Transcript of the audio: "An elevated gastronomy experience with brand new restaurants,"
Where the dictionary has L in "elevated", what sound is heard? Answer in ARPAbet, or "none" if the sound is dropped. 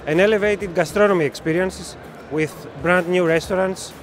L